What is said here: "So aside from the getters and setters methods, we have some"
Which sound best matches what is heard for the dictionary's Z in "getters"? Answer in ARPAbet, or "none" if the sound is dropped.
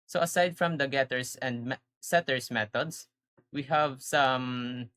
S